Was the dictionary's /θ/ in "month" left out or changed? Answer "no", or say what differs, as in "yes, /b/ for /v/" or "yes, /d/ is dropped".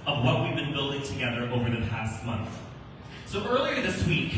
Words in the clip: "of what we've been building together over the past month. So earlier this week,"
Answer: no